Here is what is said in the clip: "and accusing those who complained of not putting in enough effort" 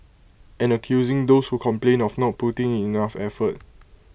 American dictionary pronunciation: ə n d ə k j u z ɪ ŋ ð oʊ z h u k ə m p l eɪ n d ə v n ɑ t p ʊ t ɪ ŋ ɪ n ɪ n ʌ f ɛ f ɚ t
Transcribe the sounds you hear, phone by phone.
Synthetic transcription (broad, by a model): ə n ə k j u z ɪ ŋ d oʊ s h u k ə m p l eɪ n ə f n ɑ t p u t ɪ ŋ ɪ n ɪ f ɛ f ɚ t